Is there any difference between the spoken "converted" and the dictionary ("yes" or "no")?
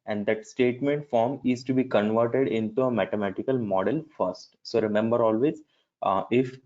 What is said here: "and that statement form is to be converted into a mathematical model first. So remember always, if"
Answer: no